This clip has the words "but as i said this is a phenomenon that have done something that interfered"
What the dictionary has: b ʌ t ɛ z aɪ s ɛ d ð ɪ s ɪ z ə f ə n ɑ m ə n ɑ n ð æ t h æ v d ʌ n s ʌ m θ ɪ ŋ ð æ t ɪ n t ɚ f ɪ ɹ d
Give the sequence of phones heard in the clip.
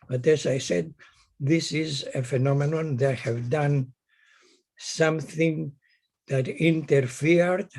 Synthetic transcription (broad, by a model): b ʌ t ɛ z aɪ s ɛ d ð ɪ s ɪ z ə f ə n ɑ m ə n ɑ n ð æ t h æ v d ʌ n s ʌ m θ ɪ ŋ ð æ t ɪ n t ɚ f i ɹ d